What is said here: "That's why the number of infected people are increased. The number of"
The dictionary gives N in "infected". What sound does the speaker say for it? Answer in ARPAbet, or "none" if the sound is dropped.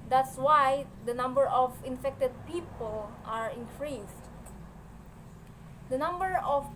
N